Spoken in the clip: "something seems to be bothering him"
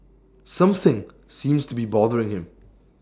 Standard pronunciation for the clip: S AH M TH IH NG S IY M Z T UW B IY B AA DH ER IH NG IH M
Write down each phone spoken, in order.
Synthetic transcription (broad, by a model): S AH M TH IH NG S IY M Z T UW B IY B AA DH ER IH NG IH M